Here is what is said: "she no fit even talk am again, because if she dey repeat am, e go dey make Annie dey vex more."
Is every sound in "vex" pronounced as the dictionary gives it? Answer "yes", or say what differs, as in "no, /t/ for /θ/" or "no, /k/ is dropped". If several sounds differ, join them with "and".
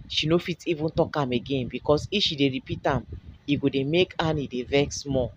yes